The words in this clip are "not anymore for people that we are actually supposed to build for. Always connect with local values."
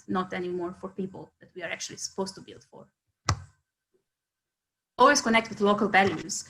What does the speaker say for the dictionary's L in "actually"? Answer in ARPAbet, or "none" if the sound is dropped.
L